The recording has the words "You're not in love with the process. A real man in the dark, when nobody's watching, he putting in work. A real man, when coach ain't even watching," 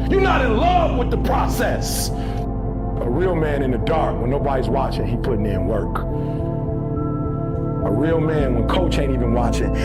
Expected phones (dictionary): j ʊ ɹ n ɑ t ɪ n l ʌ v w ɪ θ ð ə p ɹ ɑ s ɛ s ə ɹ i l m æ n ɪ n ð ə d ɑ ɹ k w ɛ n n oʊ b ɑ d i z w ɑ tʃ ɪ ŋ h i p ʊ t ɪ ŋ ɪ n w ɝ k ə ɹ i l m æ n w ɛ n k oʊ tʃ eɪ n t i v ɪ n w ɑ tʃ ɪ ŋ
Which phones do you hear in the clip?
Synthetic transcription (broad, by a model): j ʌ ɹ n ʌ t ɪ n l ʌ v w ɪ ð ə p ɹ ɑ s ɛ s ə ɹ i l m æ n ɪ n ð ə d ɑ ɹ k w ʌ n n oʊ b ɑ d i z w ɑ tʃ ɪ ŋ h i p ʊ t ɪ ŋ ɪ n w ɝ k ə ɹ i l m æ n w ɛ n k oʊ tʃ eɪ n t i v ɪ n w ɑ tʃ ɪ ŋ